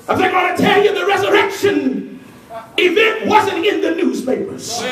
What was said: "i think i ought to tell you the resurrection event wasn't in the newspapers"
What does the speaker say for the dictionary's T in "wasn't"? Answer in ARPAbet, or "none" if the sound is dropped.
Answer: T